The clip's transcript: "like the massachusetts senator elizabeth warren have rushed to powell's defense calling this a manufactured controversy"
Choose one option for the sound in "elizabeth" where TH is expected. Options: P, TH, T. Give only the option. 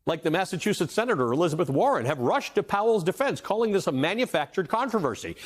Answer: TH